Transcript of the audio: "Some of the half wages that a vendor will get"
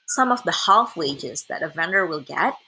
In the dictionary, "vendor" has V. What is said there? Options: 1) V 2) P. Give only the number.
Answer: 1